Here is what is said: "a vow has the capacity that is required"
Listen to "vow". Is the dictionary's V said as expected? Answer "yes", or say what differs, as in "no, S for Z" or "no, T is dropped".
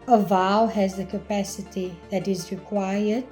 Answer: yes